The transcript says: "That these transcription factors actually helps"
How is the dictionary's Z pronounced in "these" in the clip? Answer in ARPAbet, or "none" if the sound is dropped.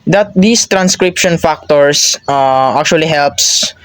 S